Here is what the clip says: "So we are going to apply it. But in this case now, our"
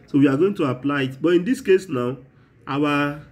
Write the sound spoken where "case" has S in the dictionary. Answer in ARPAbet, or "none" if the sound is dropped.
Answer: S